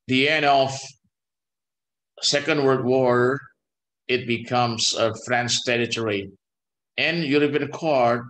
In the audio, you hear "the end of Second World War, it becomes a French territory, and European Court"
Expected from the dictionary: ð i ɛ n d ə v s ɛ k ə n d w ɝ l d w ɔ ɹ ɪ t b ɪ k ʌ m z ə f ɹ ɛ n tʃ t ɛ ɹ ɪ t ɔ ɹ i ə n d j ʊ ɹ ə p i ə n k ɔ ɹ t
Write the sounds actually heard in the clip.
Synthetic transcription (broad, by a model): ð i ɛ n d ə f s ɛ k ə n d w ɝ d w ɔ ɹ ɪ t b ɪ k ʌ m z ə f ɹ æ n s t ɛ ɹ ɪ t ɔ ɹ i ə n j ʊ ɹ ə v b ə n k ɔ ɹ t